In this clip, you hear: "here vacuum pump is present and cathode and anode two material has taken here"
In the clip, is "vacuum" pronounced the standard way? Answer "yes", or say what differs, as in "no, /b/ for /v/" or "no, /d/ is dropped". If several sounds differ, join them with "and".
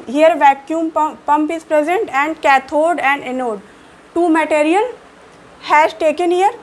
yes